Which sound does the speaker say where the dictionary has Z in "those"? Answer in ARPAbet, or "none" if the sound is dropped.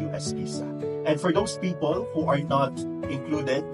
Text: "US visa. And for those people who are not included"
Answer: S